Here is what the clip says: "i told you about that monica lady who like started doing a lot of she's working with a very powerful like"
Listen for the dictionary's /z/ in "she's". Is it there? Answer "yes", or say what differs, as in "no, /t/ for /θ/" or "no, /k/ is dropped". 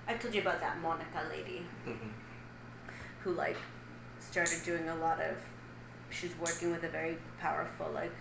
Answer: yes